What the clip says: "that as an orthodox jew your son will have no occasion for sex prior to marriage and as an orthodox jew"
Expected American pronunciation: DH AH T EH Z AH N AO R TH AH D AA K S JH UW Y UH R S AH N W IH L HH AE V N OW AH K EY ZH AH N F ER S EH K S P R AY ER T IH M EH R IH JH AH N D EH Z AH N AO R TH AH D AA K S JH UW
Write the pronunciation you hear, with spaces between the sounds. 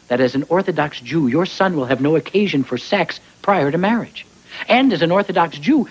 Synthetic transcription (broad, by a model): DH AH T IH Z N AO R TH AH D AA K S JH UW Y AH R S AH N W IH L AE V N OW AH K EY ZH AH N F ER S EH K S P R AY ER T IH M EH R IH JH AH N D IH Z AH N AO R TH AH D AA K S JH UW